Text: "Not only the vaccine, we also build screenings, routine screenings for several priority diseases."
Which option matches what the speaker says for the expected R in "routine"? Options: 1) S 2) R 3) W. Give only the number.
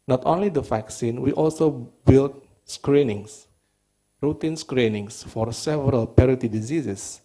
2